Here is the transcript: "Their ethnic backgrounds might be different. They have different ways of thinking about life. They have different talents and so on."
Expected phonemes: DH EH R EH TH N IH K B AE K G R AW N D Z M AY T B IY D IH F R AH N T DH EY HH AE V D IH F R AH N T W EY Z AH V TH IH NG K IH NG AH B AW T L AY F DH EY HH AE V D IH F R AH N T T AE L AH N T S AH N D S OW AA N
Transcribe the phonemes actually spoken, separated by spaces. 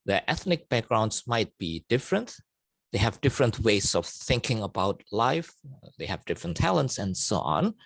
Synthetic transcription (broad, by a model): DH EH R EH TH N IH K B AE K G R AW N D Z M AY T B IY D IH F R AH N T DH EY HH AE V D IH F R AH N T W EY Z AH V TH IH NG K IH NG AH B AW T L AY F DH EY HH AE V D IH F R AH N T T AE L AH N T S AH N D S OW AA N